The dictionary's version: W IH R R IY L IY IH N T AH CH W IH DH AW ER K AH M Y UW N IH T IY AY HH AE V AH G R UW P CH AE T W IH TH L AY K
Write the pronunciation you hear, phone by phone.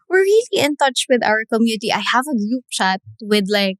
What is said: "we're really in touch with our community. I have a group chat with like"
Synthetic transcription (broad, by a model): W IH R R IY L IY IH N T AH CH W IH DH AW ER K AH M Y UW N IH T IY AY HH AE V AH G UW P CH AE T W IH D L AY K